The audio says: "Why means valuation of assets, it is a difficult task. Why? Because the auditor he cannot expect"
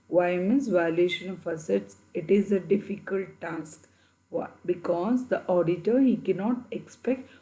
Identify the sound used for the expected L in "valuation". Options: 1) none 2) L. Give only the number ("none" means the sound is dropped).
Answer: 1